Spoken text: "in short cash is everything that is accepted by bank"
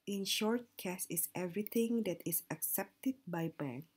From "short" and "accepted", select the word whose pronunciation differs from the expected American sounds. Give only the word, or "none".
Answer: none